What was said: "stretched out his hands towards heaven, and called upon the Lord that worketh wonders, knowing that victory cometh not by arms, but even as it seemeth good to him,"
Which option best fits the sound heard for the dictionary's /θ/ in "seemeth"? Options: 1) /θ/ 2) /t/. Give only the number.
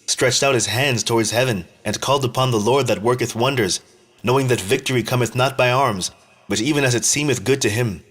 1